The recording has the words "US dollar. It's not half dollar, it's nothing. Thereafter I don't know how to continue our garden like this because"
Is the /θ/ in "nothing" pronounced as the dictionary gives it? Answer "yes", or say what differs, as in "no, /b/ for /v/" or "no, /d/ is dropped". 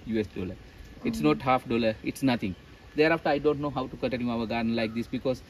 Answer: no, /t/ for /θ/